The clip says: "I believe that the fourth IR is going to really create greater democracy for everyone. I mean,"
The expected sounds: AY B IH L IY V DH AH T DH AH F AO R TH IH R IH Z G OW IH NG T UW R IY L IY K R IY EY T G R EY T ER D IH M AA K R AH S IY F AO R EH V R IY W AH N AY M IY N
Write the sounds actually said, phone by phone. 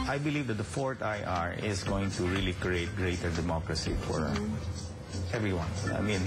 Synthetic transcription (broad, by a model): AY B IH L IY V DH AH T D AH F AO R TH IH R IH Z G OW IH NG T UW R IY L IY K R IY EY T G R EY T ER D IH M AA K R AH S IY F AO R EH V R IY W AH N AY M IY N